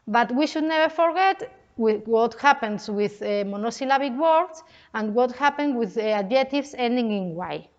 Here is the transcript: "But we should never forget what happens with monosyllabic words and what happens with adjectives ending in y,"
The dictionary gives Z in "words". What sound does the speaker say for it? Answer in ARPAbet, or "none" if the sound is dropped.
S